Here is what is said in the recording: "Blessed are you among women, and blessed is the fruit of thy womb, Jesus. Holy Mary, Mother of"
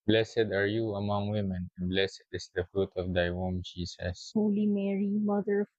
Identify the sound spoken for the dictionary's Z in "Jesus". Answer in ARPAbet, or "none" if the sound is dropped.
S